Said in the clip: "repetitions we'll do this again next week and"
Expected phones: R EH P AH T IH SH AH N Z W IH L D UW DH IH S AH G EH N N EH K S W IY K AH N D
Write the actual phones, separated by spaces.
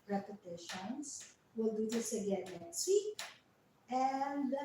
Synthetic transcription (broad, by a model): R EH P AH T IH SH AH N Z W IH L D UW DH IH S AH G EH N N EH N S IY AH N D